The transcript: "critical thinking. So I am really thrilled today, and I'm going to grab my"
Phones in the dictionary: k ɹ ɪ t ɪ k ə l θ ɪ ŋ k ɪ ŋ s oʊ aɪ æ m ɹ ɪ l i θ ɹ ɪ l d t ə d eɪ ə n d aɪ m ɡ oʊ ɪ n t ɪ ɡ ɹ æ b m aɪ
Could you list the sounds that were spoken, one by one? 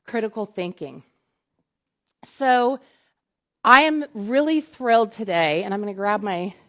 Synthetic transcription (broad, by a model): k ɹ ɪ t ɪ k l θ ɪ ŋ k ɪ ŋ s oʊ aɪ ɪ m ɹ ɪ l i θ ɹ ɪ l d t ə d eɪ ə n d aɪ m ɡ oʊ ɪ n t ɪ ɡ ɹ æ b m aɪ